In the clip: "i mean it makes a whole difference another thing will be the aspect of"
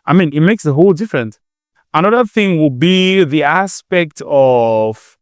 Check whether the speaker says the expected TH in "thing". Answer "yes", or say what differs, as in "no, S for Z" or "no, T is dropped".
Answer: yes